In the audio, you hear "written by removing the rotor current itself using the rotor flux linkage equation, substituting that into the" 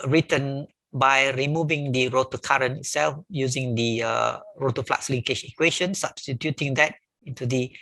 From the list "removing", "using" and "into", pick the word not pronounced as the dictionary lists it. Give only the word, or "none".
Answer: none